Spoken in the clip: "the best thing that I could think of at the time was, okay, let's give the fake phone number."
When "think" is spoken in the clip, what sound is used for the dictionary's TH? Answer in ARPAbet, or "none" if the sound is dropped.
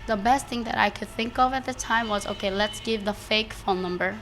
TH